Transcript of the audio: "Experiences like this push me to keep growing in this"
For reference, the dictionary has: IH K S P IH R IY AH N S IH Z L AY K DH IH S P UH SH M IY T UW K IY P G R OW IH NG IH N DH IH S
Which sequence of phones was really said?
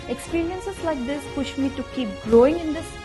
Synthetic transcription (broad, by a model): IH K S P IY R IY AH N S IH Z L AY K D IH S P UH SH M IY T UW K IY P G R OW IH NG IH N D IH S